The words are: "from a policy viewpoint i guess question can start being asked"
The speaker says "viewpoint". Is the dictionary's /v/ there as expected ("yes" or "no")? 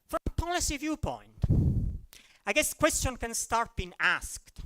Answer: yes